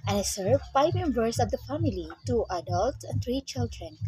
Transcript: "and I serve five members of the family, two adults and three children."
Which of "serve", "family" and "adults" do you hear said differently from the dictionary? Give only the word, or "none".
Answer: none